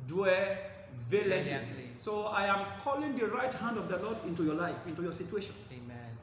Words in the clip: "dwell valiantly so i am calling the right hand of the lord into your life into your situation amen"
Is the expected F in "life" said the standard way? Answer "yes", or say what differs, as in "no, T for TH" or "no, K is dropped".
yes